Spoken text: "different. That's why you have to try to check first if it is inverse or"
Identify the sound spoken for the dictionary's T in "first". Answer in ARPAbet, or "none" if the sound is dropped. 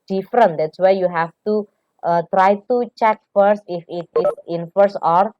T